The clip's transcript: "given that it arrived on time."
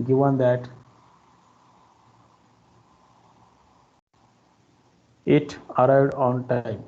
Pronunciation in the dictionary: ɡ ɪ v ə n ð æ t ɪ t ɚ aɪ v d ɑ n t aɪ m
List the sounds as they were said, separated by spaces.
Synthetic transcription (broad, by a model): ɡ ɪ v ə n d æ t ɪ t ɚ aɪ d ɑ n t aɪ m